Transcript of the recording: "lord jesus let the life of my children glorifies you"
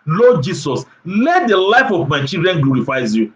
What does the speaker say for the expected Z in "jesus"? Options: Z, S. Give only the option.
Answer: S